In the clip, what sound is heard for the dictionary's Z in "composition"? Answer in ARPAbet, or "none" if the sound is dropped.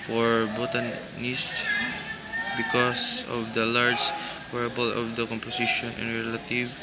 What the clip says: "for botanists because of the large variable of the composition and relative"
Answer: S